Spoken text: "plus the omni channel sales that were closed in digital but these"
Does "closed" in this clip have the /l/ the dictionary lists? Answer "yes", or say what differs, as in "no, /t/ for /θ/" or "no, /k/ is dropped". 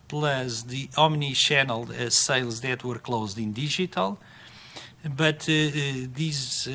yes